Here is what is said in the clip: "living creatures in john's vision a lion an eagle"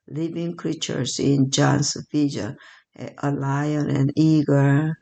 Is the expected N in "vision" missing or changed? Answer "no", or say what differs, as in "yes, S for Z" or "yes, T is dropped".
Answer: yes, N is dropped